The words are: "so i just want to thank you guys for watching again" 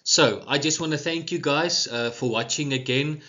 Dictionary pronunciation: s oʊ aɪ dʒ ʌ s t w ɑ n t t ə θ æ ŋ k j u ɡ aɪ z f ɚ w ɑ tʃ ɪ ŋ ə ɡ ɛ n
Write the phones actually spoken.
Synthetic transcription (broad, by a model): s oʊ aɪ dʒ ʌ s t w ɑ n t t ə θ æ ŋ k j u ɡ aɪ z f ɚ w ɑ tʃ ɪ ŋ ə ɡ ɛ n